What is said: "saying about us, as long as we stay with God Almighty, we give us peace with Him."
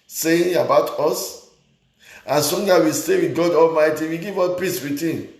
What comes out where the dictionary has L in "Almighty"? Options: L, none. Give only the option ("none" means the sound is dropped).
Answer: L